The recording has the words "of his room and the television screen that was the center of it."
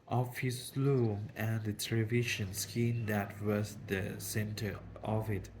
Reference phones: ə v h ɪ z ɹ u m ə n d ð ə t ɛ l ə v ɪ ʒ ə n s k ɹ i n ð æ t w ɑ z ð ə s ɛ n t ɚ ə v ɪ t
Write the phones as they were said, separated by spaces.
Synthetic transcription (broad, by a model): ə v h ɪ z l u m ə n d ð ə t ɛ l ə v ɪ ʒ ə n s k i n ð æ t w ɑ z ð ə s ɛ n t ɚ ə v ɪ t